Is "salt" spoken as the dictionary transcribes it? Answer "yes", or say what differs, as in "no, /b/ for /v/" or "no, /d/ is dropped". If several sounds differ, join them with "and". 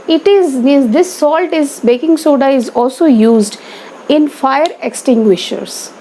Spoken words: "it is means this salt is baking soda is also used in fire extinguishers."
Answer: yes